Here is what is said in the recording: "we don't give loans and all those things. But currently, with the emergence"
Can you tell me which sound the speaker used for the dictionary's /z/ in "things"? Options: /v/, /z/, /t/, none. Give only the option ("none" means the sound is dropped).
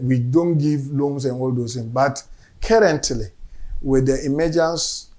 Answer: none